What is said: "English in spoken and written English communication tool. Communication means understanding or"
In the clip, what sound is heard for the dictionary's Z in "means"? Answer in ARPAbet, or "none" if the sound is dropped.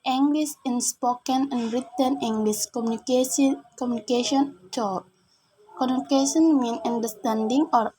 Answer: none